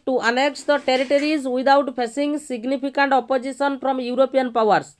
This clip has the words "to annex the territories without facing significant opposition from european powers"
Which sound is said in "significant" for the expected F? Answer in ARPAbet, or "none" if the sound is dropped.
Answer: P